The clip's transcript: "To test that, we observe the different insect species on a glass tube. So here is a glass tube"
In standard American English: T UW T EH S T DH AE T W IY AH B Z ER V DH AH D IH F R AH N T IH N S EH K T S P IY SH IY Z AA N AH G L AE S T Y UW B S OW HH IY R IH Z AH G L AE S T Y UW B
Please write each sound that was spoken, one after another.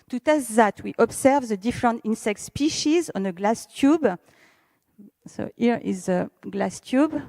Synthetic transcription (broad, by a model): T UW T EH S T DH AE T W IY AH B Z ER V DH AH D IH F R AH N T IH N S EH K T S P IY SH IY Z AA N AH G L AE S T Y UW B S OW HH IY R IH Z AH G L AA S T Y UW B